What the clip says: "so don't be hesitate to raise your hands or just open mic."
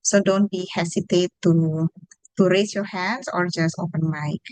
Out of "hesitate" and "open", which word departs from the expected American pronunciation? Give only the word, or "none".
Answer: hesitate